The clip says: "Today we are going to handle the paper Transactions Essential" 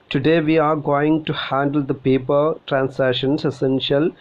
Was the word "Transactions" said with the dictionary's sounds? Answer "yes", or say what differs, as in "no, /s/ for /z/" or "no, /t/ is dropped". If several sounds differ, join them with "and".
no, /s/ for /z/ and /k/ is dropped